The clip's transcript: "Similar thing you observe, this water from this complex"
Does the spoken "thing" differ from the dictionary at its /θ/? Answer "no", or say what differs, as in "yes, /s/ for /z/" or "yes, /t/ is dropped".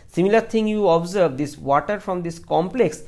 yes, /t/ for /θ/